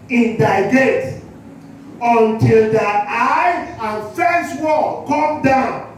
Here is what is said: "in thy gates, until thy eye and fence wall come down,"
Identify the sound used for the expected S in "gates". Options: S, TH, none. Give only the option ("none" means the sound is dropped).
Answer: none